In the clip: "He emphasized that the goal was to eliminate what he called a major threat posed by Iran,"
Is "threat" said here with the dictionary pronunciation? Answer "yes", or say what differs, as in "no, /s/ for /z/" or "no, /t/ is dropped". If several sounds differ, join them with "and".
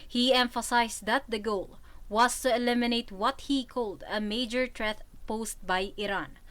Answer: no, /t/ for /θ/